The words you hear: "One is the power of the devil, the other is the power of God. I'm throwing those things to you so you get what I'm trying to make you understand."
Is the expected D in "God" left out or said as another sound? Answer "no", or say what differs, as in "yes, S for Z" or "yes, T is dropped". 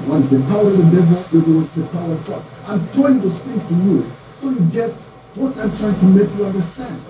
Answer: yes, D is dropped